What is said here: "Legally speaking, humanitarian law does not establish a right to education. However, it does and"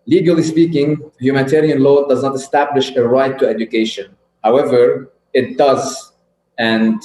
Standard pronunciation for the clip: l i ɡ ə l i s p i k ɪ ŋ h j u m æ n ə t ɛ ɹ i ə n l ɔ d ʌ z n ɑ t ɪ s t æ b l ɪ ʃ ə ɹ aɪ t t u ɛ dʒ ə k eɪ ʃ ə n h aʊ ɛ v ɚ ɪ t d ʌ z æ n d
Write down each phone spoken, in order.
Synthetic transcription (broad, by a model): l i ɡ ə l i s p i k ɪ ŋ h j u m æ n ə t ɛ ɹ i ə n l ɔ d ʌ z n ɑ t ɪ s t æ b l ɪ ʃ ə ɹ aɪ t t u ɛ dʒ ə k eɪ ʃ ə n h aʊ ɛ v ɚ ɪ t d ʌ z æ n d